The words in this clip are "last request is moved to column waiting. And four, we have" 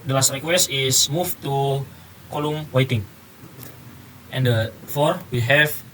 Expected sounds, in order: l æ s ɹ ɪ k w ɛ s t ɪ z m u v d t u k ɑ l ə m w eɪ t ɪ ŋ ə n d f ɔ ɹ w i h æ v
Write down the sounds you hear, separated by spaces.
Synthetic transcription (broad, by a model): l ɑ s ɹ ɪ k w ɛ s ɪ s m u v t u k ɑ l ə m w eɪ t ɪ ŋ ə n d f ɔ ɹ w i h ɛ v